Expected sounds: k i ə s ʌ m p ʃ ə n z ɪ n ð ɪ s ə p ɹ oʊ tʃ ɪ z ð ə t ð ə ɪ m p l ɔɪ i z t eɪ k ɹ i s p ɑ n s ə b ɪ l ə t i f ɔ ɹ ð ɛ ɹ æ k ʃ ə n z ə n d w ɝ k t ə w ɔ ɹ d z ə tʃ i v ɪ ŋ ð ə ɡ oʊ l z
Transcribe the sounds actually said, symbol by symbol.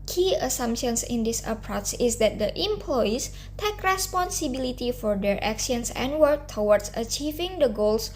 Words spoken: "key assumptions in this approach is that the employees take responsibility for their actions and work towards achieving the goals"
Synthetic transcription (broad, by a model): k i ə s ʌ m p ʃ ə n s ɪ n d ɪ s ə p ɹ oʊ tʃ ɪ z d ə t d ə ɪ m p l ɔɪ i s t eɪ k ɹ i s p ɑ n s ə b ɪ l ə t i f ɔ ɹ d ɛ ɹ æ k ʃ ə n s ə n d w ɝ k t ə w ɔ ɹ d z ə tʃ i v ɪ ŋ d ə ɡ oʊ l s